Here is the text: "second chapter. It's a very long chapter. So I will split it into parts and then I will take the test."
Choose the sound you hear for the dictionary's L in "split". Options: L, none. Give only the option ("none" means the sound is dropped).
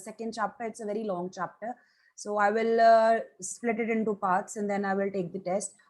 L